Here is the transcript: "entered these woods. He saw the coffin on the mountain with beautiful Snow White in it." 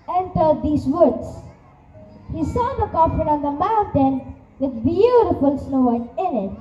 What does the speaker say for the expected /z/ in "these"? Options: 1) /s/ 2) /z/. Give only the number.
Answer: 1